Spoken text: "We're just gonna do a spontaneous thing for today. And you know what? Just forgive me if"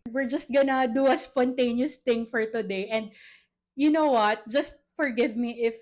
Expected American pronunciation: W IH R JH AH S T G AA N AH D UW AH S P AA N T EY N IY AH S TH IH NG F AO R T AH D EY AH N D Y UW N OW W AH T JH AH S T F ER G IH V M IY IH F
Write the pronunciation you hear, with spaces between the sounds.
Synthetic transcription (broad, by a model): W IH R JH AH S T G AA N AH D UW AH S P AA N T EY N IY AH S T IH NG F AO R T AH D EY AH N D Y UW N OW W AH T JH AH S T F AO G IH V M IY IH F